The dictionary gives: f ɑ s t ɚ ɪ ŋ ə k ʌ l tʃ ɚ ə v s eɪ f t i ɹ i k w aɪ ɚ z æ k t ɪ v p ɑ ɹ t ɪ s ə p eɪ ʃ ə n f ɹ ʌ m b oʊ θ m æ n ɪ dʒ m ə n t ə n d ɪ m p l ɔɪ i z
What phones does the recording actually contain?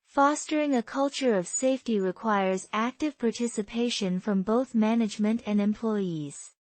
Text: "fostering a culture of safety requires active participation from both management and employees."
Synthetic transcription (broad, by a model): f ɑ s t ɚ ɪ ŋ ə k ʌ l tʃ ɚ ə v s eɪ f t i ɹ i k w aɪ ɚ z æ k t ɪ v p ɑ ɹ t ɪ s ə p eɪ ʃ ə n f ɹ ʌ m b oʊ θ m æ n ɪ dʒ m ə n t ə n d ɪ m p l ɔɪ i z